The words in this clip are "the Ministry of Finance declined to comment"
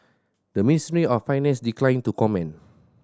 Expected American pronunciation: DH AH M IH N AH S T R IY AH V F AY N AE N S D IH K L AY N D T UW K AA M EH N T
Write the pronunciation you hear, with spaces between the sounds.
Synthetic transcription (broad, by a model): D AH M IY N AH S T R IY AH F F AY N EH N S D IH K L AY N T UW K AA M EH N